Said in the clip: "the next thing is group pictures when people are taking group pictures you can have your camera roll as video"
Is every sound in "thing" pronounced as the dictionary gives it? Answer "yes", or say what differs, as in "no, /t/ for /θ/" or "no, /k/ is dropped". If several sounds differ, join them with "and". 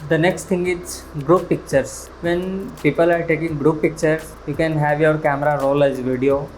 no, /t/ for /θ/